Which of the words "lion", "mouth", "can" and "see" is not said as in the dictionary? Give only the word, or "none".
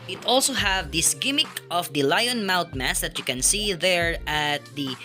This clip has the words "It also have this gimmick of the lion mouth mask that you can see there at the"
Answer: mouth